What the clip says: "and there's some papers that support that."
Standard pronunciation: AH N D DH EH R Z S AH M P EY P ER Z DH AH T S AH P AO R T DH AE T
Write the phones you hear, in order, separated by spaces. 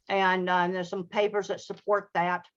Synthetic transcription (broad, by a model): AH N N DH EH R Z S AH M P EY P ER Z DH AH T S AH P AO R T DH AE T